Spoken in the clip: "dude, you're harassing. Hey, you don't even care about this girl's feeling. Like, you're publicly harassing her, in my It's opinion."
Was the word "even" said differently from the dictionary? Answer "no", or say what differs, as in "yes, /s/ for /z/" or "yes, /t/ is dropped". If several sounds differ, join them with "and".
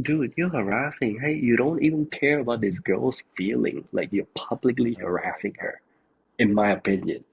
no